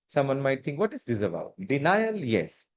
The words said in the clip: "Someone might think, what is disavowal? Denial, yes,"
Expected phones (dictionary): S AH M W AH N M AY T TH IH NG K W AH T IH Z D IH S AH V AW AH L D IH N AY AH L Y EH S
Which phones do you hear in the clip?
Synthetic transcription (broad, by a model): S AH M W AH N M AY T T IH NG K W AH T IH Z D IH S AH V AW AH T D IH N AY AH L Y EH S